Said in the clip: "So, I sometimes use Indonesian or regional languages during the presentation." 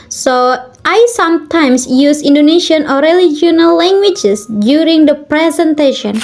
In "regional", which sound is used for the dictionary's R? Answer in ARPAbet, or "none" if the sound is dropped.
L